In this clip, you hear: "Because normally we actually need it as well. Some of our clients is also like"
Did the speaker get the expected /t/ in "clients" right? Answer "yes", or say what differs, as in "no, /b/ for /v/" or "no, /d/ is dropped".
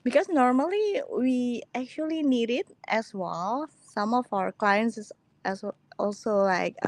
no, /s/ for /t/